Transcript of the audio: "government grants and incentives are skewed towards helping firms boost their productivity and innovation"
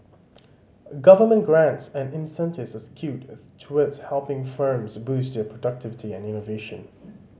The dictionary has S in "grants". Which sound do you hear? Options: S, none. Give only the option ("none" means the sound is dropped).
S